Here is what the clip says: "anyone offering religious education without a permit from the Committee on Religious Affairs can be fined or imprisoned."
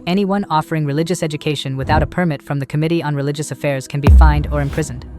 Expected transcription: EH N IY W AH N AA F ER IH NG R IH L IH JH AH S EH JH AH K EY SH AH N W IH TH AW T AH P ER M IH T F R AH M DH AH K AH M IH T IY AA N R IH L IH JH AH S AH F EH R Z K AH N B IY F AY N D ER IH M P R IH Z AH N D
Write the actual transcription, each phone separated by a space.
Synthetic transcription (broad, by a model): EH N IY W AH N AA F ER IH NG R IH L IH JH AH S EH JH AH K EY SH AH N W IH TH AW T AH P ER M IH T F R AH M DH AH K AH M IH T IY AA N R IH L IH JH AH S AH F EH R Z K AH N B IY F AY N D ER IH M P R IH Z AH N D